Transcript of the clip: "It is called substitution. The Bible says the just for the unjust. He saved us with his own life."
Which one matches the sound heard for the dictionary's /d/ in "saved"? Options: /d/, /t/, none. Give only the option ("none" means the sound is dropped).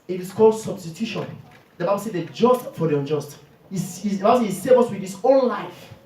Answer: none